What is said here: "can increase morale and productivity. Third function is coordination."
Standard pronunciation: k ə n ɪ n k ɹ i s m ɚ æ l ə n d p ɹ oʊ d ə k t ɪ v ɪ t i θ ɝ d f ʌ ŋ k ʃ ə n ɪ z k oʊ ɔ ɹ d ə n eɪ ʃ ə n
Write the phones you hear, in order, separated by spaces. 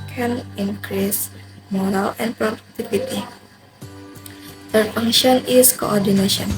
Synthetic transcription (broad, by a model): k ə n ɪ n k ɹ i s m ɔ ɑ l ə n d p ɹ oʊ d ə k t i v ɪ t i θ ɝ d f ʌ ŋ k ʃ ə n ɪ s k oʊ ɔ ɹ d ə n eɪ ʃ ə n